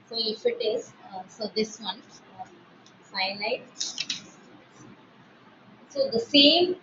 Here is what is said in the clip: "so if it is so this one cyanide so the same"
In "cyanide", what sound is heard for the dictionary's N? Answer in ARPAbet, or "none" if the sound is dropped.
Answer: L